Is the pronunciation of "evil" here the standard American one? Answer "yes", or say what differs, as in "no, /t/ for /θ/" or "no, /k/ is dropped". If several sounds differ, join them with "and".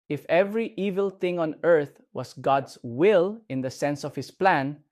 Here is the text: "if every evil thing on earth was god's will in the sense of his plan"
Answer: yes